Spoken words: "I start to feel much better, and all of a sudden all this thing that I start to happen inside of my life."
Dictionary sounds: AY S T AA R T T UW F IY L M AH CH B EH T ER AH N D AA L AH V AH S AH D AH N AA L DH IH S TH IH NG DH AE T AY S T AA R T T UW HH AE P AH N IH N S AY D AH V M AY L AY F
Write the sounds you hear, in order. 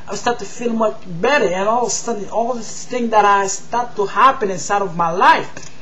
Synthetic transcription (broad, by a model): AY S T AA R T T UW F IY L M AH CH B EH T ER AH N AA L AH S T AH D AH AA L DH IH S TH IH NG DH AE T AY S T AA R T T UW HH AE P AH N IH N S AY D AH V M AY L AY F